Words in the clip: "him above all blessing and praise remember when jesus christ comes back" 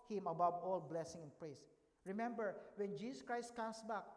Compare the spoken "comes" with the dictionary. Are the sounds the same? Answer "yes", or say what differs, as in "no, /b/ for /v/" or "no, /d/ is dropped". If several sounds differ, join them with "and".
no, /s/ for /z/